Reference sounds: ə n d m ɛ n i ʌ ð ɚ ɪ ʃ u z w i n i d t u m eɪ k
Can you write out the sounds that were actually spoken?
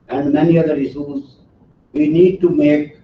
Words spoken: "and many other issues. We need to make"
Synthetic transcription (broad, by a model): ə n d m ɛ n i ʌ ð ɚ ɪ s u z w i n i d t u m eɪ k